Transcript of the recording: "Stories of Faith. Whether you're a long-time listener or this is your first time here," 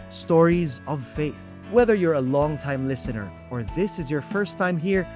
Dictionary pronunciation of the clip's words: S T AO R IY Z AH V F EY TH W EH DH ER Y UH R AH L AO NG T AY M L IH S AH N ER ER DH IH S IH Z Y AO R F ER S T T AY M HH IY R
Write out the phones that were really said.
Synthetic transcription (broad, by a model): S T AO R IY Z AH V F EY TH W EH DH ER Y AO R AH L AO NG T AY M L IH S AH N ER ER DH IH S IH Z Y AO R F ER S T T AY M HH IY R